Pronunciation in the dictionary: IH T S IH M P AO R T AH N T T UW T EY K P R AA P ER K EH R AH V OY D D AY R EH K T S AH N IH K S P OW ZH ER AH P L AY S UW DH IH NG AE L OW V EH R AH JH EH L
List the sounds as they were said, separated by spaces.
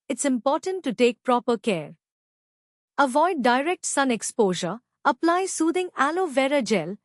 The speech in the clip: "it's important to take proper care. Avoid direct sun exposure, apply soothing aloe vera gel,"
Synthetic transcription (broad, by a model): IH T S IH M P AO R T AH N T T UW T EY K P R AA P ER K EH R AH V OY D D AY R EH K T S AH N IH K S P OW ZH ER AH P L AY S UW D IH NG AE L OW V EH R AH JH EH L